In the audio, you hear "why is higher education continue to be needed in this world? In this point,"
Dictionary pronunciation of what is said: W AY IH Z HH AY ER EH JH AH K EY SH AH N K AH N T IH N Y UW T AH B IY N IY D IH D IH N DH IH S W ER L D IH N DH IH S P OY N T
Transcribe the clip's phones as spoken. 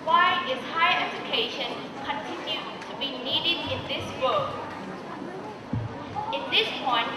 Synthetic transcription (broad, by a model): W AY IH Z HH AY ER EH JH AH K EY SH AH N K AH N T IH N Y UW T AH B IY N IY D IH D IH N DH IH S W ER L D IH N DH IH S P OY N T